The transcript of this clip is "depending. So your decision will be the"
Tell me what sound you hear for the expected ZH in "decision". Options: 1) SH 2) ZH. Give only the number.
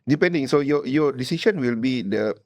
1